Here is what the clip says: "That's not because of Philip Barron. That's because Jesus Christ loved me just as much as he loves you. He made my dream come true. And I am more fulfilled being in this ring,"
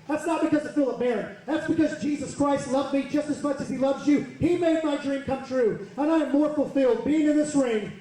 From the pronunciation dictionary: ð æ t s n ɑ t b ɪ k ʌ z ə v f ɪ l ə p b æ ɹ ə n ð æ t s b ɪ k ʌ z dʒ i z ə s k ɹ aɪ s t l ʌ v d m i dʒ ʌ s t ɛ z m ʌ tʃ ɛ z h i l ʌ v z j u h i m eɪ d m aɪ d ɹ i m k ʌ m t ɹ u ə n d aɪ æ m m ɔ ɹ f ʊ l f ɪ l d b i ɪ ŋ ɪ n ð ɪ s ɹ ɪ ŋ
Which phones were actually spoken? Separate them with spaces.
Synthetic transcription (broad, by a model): ð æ t s n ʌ t b ɪ k ʌ z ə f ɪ l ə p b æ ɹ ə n ð æ t s b ɪ k ʌ z dʒ i z ə s k ɹ aɪ s t l ʌ v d m i dʒ ʌ s t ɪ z m ʌ tʃ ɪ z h i l ʌ v z j u h i m eɪ d m aɪ d ɹ i m k ʌ m t ɹ u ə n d aɪ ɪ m m ɔ ɹ f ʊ l f ɪ l d b i ɪ ŋ ɪ n ð ɪ s ɹ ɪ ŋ